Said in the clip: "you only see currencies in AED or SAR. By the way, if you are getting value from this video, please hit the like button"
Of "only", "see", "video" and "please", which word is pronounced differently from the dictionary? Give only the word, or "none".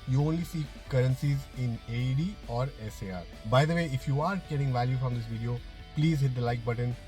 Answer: none